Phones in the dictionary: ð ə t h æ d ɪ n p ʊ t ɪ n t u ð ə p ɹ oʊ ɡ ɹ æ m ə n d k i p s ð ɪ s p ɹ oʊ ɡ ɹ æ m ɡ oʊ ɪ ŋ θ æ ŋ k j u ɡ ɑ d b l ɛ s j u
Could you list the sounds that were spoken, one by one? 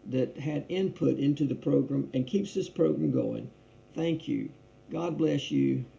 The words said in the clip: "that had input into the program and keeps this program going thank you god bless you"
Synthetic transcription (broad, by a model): ð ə t h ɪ d ɪ n p ʊ t ɪ n t u ð ə p ɹ oʊ ɡ ɹ æ m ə n k i p s ð ɪ s p ɹ oʊ ɡ ɹ æ m ɡ oʊ ɪ ŋ θ æ ŋ k j u ɡ ɑ d b l ɛ s j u